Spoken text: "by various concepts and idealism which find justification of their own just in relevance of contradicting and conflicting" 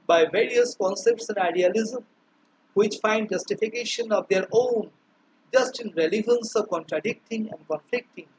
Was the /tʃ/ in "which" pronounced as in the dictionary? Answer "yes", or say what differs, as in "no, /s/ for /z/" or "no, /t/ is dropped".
yes